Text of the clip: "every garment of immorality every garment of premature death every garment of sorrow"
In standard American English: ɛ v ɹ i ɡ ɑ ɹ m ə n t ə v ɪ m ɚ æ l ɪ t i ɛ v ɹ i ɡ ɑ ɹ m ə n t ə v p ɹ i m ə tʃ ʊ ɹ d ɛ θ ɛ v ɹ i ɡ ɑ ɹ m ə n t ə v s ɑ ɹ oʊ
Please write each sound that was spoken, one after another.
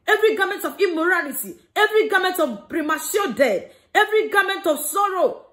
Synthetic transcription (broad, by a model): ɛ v ɹ i ɡ ɑ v m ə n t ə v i m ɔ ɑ l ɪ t i ɛ v ɹ i ɡ ɑ m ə n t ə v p ɹ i m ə s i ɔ d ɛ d ɛ v ɹ i ɡ ɑ m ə n t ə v s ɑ ɹ oʊ